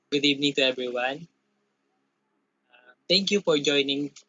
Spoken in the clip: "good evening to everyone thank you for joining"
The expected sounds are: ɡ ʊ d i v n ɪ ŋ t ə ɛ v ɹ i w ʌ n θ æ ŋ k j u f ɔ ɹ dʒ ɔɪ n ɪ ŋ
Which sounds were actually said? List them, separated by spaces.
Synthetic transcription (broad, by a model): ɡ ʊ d i v n ɪ ŋ t ə ɛ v ɹ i w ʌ n t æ ŋ k j u f ɔ ɹ dʒ ɔɪ n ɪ ŋ